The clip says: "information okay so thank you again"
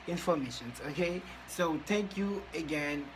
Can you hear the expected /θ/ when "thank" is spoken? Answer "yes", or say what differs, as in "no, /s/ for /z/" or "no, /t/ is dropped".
no, /t/ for /θ/